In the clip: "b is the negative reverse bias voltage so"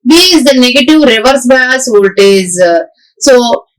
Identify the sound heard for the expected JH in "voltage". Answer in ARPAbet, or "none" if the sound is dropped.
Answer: Z